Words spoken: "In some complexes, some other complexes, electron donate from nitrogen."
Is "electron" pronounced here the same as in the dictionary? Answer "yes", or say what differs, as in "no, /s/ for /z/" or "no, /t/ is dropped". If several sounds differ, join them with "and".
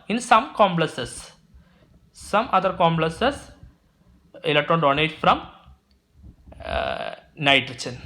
yes